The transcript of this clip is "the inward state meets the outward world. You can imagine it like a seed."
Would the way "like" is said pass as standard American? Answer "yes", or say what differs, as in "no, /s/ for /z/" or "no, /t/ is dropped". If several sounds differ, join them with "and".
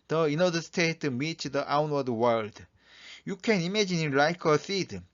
yes